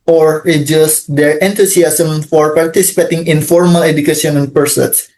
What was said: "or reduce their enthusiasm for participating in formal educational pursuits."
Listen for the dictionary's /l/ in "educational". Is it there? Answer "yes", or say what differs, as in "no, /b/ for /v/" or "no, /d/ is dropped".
no, /n/ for /l/